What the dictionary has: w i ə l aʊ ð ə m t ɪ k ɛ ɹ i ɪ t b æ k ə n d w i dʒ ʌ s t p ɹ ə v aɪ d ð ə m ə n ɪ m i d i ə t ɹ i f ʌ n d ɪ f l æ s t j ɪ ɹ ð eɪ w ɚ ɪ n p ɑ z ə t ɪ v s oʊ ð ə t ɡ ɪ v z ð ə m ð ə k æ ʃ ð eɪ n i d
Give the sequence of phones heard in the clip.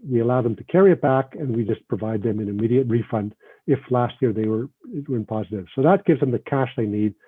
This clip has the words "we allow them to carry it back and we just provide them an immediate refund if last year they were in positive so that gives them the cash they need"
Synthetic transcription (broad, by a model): w i ə l aʊ ð ə m t ɪ k ɛ ɹ i ɪ t b æ k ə n w i dʒ ʌ s p ɹ ə v aɪ d ð ə m ə n ɪ m i d i ə t ɹ i f ʌ n d ɪ f l æ s t j ɪ ɹ ð eɪ w ɚ ɪ n p ɑ z ə t ɪ v s oʊ ð ə t ɡ ɪ v z ð ə m ð ə k æ ʃ ð eɪ n i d